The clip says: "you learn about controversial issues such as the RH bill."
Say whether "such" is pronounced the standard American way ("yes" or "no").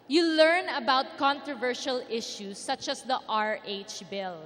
yes